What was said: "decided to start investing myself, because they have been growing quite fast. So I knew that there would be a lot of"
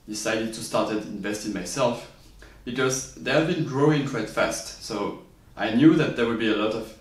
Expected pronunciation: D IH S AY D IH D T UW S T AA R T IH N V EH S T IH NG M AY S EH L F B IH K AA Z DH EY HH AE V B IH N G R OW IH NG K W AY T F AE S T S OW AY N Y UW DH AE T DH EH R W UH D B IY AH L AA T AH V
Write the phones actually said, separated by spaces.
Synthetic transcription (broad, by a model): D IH S AY D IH D T UW S T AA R T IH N V EH S T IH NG M AY S EH L F B IH K AA Z DH EY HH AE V B IH N G R OW IH NG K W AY T F AE S T S OW AY N Y UW DH AE T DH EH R W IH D B IY AH L AA T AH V